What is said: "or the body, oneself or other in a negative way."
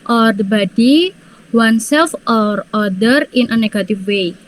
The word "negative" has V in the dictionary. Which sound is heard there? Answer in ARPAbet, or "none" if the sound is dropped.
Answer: F